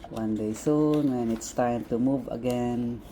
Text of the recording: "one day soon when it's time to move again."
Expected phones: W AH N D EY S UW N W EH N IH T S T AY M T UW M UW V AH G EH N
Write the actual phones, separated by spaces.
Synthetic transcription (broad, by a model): W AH N D EY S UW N W EH N IH T S T AY M T UW M UW V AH G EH N